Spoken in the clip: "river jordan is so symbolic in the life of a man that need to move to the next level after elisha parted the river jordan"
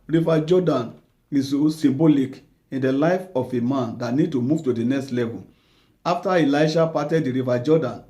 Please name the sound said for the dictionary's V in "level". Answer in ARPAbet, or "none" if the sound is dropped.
V